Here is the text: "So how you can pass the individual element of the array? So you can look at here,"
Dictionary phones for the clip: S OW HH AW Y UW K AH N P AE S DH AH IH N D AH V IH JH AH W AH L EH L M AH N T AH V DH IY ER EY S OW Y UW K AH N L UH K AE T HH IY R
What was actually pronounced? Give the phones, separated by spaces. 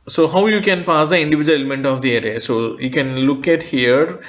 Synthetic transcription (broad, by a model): S OW HH AW Y UW K AH N P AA S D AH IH N D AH V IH JH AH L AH L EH M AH N T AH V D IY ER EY S OW Y UW K AH N L UH K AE T HH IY R